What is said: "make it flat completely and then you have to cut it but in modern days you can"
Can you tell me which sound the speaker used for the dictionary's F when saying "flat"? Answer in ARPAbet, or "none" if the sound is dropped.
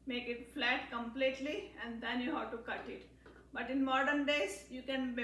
F